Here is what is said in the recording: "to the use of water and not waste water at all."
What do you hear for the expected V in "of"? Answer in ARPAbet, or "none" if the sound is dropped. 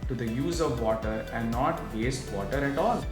V